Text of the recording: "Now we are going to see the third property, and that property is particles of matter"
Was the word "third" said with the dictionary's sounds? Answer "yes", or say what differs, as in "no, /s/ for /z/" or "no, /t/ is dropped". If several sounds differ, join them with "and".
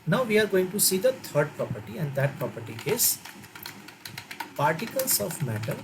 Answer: no, /t/ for /θ/